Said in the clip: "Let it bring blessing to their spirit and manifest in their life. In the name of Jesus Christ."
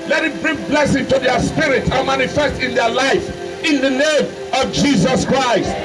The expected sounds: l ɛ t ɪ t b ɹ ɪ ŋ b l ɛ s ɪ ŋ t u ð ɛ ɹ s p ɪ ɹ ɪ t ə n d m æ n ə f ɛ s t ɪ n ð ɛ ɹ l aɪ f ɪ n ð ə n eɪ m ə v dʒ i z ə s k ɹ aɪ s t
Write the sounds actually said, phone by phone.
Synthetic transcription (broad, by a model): l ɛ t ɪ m b ɹ ɪ ŋ b l ɛ s ɪ ŋ t u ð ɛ s p ɪ ɹ ɪ t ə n m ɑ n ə f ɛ s t ɪ n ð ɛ l aɪ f ɪ n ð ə n eɪ m ə v dʒ i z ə s k ɹ aɪ s t